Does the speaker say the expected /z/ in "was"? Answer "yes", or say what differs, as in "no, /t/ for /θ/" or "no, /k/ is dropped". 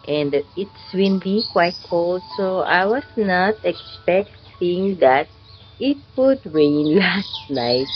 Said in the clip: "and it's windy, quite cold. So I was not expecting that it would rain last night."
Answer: no, /s/ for /z/